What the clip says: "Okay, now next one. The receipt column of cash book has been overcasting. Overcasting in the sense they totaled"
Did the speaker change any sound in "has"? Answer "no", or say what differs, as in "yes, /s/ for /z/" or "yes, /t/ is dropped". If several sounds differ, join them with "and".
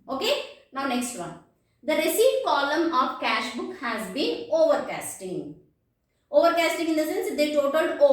no